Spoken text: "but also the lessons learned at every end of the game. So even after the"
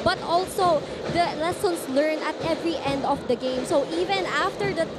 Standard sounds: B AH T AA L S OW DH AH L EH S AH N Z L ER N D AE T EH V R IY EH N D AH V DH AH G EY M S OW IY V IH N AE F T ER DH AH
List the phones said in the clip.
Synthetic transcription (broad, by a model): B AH T AA L S OW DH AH L EH S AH N S L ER N AH T EH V R IY EH N D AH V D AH G EY M S OW IY V IH N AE F T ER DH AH